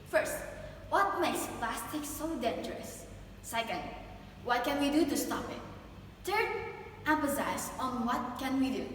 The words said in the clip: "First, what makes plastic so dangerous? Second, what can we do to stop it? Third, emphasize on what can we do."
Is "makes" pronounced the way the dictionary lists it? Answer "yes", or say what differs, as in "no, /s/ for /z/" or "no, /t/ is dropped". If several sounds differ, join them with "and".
no, /k/ is dropped